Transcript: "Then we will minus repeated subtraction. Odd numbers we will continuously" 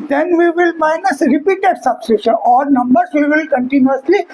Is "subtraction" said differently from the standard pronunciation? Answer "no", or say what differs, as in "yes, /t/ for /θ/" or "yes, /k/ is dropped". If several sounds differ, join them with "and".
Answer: yes, /s/ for /t/ and /k/ is dropped